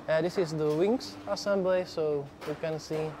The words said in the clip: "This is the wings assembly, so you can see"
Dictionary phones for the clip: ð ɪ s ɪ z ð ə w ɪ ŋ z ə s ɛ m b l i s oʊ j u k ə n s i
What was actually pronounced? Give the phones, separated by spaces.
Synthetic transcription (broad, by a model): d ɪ s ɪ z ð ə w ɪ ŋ s ə s ɛ m b l i s oʊ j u k ə n s i